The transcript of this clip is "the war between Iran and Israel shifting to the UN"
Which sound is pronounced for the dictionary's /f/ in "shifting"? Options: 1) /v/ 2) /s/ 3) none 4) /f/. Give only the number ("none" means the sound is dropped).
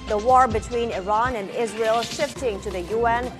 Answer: 4